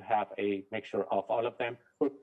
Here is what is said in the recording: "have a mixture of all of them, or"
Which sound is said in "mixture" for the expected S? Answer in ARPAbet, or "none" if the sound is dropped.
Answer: none